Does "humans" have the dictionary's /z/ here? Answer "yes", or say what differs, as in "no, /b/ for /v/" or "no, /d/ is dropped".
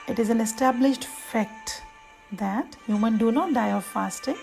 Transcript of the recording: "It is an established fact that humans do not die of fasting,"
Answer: no, /z/ is dropped